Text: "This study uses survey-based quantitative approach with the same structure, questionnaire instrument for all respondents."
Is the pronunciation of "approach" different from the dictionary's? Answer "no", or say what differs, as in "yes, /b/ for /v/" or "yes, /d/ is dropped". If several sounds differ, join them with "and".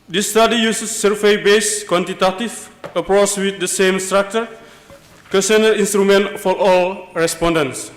yes, /s/ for /tʃ/